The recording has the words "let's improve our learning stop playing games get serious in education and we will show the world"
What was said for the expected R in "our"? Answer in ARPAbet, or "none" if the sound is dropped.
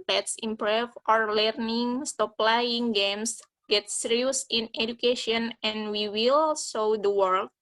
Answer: R